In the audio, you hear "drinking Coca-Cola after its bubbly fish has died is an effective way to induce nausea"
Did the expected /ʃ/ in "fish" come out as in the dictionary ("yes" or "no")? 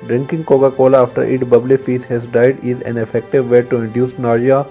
no